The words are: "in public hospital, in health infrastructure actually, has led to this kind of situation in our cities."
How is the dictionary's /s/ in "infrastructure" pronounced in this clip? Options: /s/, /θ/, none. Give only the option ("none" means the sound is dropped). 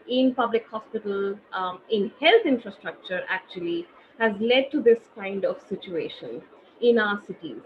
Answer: /s/